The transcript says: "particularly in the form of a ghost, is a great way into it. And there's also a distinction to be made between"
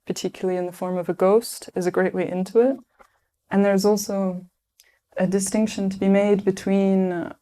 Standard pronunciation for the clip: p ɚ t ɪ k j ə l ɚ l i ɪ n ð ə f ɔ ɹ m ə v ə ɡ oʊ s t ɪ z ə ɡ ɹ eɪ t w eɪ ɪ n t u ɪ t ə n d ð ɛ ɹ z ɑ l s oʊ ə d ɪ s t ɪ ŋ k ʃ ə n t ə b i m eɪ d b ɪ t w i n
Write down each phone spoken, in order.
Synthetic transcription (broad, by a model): p ɚ t ɪ k j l l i ɪ n ð ə f ɔ ɹ m ə v ə ɡ oʊ s t ɪ z ə ɡ ɹ eɪ t w eɪ ɪ n t u ɪ t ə n ð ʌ ɹ z ɑ l s oʊ ə d ɪ s t ɪ ŋ k ʃ ə n t ə b i m eɪ d b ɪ t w i n